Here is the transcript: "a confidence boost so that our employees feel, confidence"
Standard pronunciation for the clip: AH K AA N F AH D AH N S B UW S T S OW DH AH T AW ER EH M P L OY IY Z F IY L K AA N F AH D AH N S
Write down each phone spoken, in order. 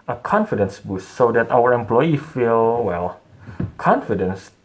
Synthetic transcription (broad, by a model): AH K AA N F AH D AH N S B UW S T S OW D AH T AW ER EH M P L OY IY F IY L K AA N F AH D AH N S